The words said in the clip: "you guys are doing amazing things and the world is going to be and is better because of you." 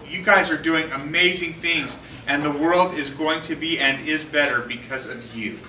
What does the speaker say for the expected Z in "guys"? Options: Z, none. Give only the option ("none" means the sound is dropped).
Z